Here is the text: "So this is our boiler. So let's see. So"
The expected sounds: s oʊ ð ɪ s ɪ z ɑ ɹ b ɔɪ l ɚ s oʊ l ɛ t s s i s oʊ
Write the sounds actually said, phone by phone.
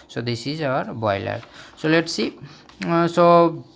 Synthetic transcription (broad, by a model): s oʊ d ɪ s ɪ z ɑ ɹ b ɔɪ l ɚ s oʊ l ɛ t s s i s oʊ